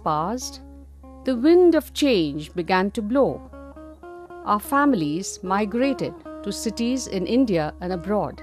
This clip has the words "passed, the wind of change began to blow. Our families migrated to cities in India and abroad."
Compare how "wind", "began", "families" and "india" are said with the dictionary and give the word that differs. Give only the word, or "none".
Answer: none